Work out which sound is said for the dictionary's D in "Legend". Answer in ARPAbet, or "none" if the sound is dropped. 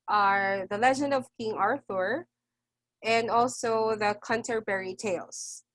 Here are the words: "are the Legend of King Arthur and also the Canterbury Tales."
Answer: D